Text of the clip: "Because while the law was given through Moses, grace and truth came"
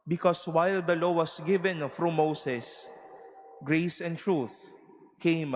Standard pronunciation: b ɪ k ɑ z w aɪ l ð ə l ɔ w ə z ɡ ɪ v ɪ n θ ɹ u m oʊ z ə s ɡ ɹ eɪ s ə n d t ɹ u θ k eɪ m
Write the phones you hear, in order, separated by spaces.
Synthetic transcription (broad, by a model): b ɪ k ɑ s w aɪ l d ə l ɔ w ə s ɡ ɪ v ɪ n f ɹ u m oʊ s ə s ɡ ɹ eɪ s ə n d t ɹ u θ k eɪ m